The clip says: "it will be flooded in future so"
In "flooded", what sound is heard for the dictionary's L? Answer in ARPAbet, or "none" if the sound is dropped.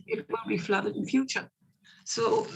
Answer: L